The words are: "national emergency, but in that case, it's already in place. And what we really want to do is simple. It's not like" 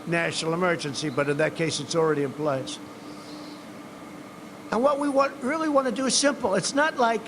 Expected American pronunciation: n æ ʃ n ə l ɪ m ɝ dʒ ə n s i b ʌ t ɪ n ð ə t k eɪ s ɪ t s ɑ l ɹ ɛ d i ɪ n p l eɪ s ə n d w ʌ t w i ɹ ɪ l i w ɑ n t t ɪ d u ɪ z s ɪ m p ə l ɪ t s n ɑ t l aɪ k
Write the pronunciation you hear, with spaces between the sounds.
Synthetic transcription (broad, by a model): n æ ʃ n l ɪ m ɝ dʒ ə n s i b ʌ t ɪ n ð ə t k eɪ s ɪ t s l ɹ ɛ d i ɪ n p l eɪ s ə n w ʌ t w i ɹ ɪ l i w ɑ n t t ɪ d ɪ ɪ z s ɪ m p l ɪ t s n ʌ t l aɪ k